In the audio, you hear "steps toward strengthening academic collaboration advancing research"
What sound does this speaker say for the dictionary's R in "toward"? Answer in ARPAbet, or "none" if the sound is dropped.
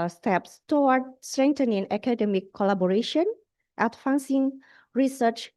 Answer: W